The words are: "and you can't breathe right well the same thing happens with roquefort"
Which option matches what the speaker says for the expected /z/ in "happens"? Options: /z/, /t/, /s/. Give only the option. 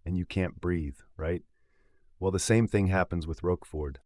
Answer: /z/